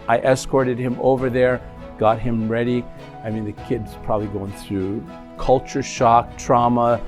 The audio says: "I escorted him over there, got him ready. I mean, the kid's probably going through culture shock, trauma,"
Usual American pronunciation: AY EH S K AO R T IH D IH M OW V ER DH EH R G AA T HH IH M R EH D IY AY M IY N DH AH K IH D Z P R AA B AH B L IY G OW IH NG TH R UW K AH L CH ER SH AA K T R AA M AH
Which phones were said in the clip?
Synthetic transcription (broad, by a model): AY EH S K AO R T IH D IH M OW V ER DH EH R G AA T HH IH M R EH D IY AY M IY N DH AH K IH D Z P R AA B AH B L IY G OW IH NG TH R UW K AH L CH ER SH AA K T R AA M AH